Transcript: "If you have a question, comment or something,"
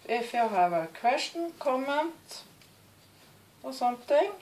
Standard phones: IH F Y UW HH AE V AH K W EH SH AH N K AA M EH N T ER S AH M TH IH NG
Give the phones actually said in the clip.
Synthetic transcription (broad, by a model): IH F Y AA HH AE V AH K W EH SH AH N K AA M EH N T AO S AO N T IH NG